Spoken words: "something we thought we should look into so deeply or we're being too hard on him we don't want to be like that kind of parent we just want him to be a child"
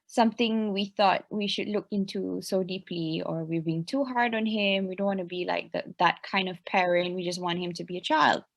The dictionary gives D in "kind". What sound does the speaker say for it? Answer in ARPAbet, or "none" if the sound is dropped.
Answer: D